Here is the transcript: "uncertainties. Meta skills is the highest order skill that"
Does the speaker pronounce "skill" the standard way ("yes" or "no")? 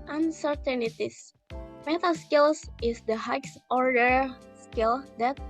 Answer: yes